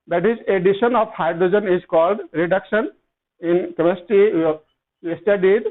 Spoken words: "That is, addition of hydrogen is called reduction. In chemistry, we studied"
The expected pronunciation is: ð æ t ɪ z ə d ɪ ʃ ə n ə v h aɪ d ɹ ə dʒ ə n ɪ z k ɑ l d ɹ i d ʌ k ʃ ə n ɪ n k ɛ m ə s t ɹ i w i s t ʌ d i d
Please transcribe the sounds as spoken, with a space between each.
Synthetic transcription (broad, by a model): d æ t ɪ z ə d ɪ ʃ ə n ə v h aɪ d ɹ ə dʒ ə n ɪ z k ɑ l d ɹ i d ʌ k ʃ ə n ɪ n k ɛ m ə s t i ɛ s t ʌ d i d